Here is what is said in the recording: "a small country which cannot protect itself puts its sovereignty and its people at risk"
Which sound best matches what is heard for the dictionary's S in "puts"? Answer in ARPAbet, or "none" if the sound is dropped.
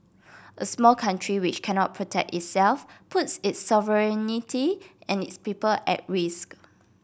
S